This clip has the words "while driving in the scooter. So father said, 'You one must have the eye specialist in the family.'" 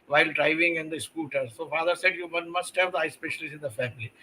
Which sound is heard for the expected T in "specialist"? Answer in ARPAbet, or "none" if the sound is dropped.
none